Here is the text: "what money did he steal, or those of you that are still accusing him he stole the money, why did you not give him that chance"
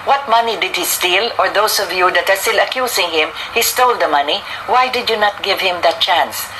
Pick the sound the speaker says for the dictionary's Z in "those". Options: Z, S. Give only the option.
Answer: S